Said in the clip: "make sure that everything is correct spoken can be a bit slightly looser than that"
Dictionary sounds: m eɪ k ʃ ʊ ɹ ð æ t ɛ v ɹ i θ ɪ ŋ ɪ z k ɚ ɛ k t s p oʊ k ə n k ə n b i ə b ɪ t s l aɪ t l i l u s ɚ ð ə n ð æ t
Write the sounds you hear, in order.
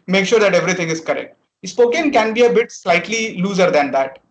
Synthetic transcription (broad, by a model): m eɪ k ʃ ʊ ɹ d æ t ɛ v ɹ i t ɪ ŋ ɪ z k ɚ ɛ k t s p oʊ k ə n k ə n b i ə b ɪ t s l aɪ t l i l u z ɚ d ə n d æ t